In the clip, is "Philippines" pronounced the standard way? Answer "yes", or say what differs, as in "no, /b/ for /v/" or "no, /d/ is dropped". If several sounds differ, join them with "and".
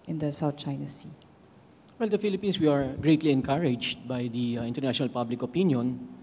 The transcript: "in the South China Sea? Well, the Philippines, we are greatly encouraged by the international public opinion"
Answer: no, /s/ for /z/